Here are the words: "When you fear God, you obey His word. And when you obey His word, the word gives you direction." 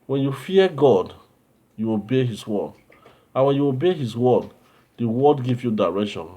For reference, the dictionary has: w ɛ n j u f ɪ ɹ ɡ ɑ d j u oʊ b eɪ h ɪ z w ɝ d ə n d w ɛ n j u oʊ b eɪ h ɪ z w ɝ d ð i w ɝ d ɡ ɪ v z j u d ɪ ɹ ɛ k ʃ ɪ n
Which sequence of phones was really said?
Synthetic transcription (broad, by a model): w ɛ n j u f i ɡ ɑ d j u oʊ b eɪ h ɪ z w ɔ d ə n w ɛ n j u oʊ b eɪ h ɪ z w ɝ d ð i w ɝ d ɡ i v j u d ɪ ɹ ɛ k ʃ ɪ n